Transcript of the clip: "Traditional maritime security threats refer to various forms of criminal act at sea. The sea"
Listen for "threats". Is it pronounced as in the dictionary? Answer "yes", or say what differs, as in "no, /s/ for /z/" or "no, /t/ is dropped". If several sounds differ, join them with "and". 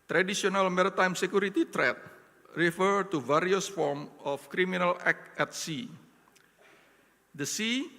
no, /t/ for /θ/ and /s/ is dropped